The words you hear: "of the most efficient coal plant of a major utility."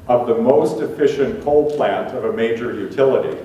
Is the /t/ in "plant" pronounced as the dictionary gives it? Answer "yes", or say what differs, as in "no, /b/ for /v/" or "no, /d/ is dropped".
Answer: yes